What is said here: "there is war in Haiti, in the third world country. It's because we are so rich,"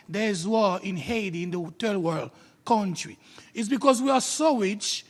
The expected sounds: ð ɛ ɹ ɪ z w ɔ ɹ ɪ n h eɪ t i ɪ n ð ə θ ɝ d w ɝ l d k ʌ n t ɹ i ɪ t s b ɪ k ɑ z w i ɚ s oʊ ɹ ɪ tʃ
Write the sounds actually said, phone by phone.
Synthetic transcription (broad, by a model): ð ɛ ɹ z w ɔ ɪ n h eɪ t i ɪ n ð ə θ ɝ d w ɝ l d k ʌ n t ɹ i ɪ t s b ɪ k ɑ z w i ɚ s oʊ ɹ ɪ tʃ